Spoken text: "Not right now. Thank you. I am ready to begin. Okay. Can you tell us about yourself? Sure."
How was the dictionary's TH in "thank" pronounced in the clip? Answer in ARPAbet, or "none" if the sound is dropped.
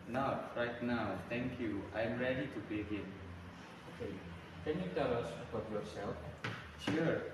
T